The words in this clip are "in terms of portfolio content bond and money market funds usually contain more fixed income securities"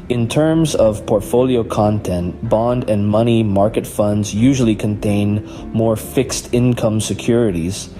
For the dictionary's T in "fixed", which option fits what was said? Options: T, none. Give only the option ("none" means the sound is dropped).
T